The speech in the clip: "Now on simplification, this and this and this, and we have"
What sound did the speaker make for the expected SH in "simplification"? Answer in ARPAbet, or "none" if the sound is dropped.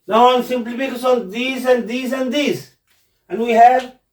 S